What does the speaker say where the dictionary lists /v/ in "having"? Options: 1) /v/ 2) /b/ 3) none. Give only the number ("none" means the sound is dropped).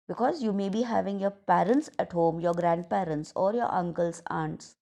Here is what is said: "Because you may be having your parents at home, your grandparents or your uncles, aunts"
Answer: 1